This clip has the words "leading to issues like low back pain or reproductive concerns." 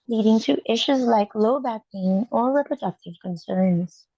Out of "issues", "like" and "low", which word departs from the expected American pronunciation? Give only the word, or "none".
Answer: none